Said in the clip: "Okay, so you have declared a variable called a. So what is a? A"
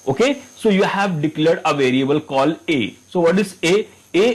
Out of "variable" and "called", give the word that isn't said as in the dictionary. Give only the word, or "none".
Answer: called